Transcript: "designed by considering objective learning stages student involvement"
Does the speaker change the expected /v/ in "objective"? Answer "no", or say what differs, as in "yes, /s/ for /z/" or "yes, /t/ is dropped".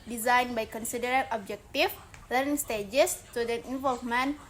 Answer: yes, /f/ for /v/